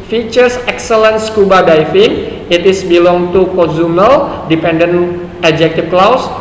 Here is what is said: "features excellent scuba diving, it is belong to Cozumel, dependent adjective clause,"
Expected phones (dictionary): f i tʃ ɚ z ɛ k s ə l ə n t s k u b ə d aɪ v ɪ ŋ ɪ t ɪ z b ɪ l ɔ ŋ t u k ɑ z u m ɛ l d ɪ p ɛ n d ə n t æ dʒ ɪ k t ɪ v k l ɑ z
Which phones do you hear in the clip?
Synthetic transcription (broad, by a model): f i tʃ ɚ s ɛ k s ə l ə n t s k u b ə d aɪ f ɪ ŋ ɪ t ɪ s b ɪ l ɔ ŋ t u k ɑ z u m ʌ l d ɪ p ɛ n d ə n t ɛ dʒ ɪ k t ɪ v k l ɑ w